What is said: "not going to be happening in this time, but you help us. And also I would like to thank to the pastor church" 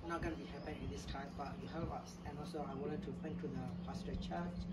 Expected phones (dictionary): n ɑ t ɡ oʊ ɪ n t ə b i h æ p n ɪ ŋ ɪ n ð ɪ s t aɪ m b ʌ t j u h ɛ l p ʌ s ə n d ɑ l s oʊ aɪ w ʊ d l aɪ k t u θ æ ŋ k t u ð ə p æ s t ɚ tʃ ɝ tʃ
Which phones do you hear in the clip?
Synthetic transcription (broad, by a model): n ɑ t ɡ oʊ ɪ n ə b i h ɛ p ɪ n ɪ n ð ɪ s t aɪ m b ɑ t j u h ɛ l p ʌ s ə n ɑ l s oʊ aɪ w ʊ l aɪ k t u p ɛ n t u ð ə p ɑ s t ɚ tʃ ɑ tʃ